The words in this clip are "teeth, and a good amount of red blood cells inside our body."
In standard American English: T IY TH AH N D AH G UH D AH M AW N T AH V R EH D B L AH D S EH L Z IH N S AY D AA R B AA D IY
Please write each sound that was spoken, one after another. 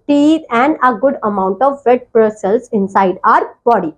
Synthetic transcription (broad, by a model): T IY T AH N D AH G UH D AH M AW N T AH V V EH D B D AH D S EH L S IH N S AY D AA R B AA D IY